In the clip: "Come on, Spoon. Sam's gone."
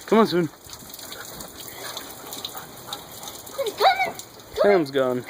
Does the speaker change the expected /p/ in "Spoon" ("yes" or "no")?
yes